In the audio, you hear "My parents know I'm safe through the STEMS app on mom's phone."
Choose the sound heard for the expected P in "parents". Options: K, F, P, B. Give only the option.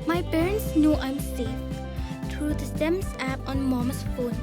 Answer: B